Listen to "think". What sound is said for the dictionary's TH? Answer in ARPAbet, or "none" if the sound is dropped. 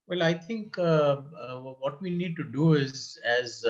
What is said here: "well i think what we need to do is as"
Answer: T